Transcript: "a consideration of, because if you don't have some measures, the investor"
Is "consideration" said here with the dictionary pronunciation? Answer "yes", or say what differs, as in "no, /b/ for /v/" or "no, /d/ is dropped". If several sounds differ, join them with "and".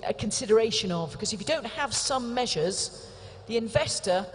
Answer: yes